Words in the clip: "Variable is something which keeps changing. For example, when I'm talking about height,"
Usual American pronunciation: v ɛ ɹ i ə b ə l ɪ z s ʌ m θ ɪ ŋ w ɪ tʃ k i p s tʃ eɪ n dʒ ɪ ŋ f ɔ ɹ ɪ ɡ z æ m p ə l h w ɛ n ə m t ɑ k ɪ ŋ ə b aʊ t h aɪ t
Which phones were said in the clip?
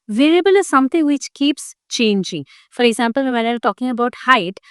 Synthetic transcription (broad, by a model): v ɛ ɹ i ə b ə l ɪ s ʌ m t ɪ ŋ w ɪ tʃ k i p s tʃ eɪ n dʒ ɪ ŋ f ɔ ɹ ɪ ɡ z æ m p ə l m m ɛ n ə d t ɑ k ɪ ŋ ə b aʊ t h aɪ t